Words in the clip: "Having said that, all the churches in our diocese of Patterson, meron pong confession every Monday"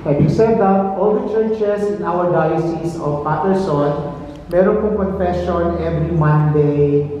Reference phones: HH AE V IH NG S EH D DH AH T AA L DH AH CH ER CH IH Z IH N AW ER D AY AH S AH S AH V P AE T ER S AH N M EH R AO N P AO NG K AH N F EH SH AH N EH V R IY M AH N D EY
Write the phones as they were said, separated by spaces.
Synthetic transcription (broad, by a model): HH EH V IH S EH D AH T AA L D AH CH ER CH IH S IH N AW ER D AY AH S AH S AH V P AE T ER S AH N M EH R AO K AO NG K AH N F EH SH AH N EH V R IY M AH N D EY